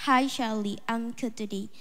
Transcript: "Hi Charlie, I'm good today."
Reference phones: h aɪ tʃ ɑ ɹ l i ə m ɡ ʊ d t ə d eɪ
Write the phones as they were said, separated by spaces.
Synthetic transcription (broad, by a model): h aɪ ʃ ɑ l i ə m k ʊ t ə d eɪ